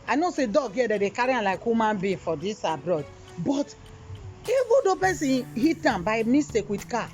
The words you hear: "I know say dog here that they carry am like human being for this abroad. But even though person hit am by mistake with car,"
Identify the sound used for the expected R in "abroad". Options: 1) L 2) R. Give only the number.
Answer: 2